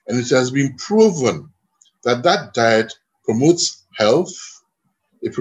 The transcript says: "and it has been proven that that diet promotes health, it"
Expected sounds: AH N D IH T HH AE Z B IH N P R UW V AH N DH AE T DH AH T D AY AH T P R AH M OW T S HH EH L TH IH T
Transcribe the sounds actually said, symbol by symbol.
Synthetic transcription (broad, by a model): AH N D IH T HH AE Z B IH N P R UW V AH N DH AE T DH AH T D AY AH T P R AH M OW T S HH EH L TH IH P